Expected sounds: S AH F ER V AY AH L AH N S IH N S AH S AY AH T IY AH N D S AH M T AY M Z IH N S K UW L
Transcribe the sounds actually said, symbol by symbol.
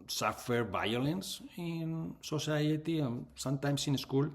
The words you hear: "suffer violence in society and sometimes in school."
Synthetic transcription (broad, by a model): S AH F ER V AY AH L AH N S IH N S AH S AY AH T IY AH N S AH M T AY M S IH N S K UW L